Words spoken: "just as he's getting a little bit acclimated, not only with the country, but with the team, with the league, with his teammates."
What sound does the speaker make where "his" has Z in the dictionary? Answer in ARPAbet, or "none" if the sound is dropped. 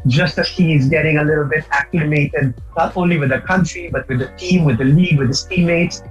S